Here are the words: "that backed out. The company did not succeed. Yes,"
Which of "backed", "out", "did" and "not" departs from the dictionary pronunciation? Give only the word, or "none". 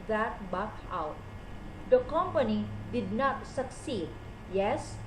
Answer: backed